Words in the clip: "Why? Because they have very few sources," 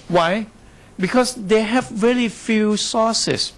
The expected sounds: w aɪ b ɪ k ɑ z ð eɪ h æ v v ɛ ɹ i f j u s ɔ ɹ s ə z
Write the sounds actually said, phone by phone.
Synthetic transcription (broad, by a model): w aɪ b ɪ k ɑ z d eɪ h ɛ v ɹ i l i f j u s ɔ s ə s